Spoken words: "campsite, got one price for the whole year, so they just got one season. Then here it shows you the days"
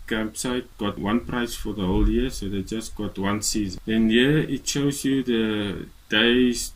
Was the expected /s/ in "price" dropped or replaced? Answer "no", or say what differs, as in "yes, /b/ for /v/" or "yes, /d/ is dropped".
no